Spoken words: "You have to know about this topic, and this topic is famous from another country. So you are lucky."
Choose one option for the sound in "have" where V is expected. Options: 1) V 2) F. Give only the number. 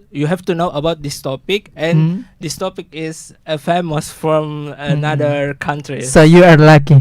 2